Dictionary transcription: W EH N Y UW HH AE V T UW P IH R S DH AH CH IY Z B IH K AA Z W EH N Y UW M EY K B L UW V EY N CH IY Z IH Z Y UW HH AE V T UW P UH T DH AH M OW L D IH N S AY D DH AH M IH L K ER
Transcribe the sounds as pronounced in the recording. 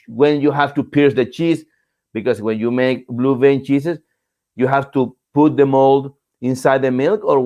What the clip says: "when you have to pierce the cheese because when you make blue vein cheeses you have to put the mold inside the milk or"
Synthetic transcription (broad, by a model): W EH N Y UW HH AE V T UW P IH R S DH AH CH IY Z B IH K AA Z W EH N Y UW M EY K B L UW V EY N CH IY S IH S Y UW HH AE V T UW P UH T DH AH M OW L D IH N S AY D DH AH M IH L K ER